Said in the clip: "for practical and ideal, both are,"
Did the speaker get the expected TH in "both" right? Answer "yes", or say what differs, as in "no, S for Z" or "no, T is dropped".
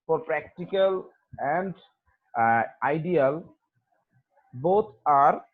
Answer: no, T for TH